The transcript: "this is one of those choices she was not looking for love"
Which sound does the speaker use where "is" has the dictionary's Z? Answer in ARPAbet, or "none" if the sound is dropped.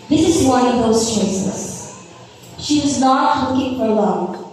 Z